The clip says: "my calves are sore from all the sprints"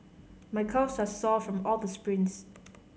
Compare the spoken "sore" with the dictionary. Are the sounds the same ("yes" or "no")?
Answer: no